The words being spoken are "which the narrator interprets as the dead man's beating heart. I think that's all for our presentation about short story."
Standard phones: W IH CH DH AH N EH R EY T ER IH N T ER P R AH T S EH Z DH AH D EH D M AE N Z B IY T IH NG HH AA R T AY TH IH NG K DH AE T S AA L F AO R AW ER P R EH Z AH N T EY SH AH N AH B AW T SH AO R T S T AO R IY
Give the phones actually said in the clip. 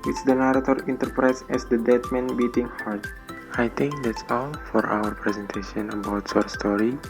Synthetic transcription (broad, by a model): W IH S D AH N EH R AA T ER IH N T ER P R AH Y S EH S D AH D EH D M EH N B IY T IH NG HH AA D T AY T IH NG K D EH T S AA L F AO R AW ER P R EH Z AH N T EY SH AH N AH B AW T S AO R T S T AO R IY